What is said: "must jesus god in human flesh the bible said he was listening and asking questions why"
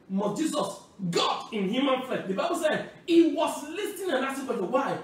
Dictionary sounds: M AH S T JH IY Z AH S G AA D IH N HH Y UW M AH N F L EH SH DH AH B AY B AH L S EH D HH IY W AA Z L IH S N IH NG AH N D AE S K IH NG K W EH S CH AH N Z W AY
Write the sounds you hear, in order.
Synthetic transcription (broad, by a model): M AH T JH IY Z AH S G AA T IH N HH Y UW M AH N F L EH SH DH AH B AY B AH L S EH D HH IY W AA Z L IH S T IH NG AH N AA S IH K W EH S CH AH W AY